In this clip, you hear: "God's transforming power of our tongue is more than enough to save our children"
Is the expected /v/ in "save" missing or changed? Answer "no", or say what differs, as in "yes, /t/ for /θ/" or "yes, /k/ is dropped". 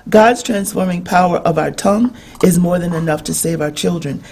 no